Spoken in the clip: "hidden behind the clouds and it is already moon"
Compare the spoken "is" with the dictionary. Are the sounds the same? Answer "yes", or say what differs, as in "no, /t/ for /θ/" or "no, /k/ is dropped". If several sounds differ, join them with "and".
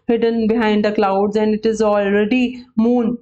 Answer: yes